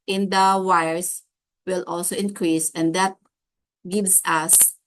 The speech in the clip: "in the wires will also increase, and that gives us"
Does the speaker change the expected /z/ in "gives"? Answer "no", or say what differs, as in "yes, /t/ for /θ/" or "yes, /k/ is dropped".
yes, /s/ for /z/